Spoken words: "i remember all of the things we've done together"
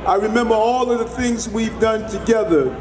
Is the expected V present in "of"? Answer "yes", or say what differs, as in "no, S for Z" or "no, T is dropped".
yes